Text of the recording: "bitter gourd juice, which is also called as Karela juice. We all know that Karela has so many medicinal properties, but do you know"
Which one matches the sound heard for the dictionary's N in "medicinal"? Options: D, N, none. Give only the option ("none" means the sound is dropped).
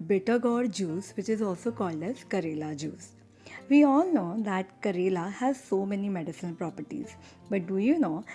none